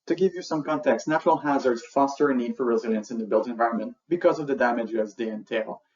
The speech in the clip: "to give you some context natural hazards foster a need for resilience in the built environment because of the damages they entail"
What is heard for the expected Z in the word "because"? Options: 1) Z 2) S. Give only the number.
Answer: 1